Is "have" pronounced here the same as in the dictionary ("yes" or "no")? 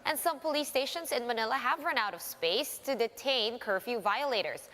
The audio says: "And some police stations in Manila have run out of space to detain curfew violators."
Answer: yes